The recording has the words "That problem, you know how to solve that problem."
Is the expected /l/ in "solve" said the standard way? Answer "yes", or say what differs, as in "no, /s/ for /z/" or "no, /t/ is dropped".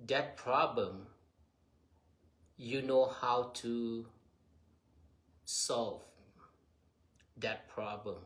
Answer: yes